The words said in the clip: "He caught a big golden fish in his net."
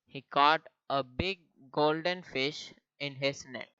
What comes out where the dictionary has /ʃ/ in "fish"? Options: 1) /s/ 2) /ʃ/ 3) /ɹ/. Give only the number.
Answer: 2